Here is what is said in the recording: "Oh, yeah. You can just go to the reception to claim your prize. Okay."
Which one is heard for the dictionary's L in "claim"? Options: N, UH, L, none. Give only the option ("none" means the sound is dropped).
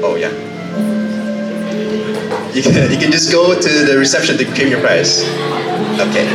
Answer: none